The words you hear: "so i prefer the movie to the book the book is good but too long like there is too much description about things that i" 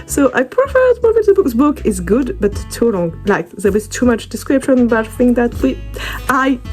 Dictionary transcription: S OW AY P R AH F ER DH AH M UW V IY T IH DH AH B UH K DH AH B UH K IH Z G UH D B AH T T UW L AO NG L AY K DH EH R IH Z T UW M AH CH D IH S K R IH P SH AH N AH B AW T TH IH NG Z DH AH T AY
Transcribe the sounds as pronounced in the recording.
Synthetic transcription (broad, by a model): S OW AY P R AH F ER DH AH M UW V IY T IH DH AH B UH K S B UH K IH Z G UH D B AH T T UW L AO NG L AY K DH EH W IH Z T UW M AH CH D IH S K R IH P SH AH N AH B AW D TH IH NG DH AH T AY